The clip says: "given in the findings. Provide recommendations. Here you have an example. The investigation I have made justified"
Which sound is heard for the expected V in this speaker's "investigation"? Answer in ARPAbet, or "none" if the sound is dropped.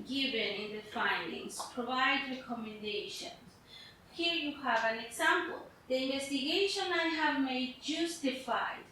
V